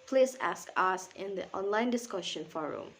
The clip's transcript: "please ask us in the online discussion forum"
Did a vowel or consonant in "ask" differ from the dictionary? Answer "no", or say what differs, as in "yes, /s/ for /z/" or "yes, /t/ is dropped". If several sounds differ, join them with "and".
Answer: no